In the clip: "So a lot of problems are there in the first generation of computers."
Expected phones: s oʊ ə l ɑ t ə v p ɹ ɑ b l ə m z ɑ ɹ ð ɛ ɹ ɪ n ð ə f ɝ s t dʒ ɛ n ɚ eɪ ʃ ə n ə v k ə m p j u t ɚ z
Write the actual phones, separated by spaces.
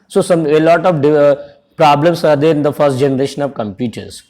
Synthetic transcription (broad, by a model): s oʊ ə l ɑ t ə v p ɹ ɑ b l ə m s ɑ ɹ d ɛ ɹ ɪ n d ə f ɝ s t dʒ ɛ n ɚ eɪ ʃ ə n ə v k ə m p j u t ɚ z